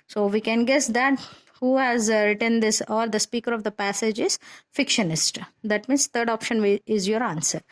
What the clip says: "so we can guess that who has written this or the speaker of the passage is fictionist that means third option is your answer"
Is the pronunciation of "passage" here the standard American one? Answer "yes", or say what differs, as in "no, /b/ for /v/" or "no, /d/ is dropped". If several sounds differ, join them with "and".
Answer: yes